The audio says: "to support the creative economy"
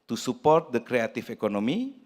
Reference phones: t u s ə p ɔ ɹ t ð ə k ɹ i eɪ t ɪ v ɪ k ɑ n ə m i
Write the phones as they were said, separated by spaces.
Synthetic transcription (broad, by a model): t u s ə p ɔ ɹ t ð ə k ɹ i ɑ t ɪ f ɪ k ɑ n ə m i